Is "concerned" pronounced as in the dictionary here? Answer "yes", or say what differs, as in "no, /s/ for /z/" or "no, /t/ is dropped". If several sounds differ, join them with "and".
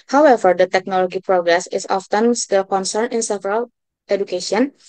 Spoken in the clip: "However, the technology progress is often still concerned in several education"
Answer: no, /d/ is dropped